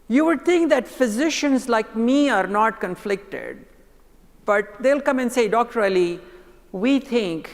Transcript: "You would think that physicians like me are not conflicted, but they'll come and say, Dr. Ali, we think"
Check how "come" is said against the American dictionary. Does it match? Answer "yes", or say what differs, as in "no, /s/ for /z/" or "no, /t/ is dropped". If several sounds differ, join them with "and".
yes